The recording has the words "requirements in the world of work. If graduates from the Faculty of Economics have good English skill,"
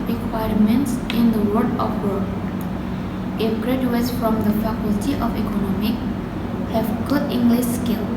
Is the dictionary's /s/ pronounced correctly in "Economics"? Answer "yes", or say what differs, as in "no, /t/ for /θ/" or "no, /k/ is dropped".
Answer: no, /s/ is dropped